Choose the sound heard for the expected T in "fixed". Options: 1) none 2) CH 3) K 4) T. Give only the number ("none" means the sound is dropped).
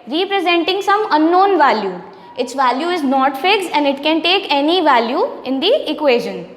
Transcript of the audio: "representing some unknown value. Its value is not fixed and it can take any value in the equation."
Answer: 1